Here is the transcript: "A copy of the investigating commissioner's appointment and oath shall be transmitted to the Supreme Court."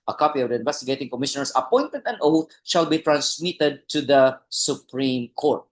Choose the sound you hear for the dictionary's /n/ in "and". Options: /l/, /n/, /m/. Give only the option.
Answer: /l/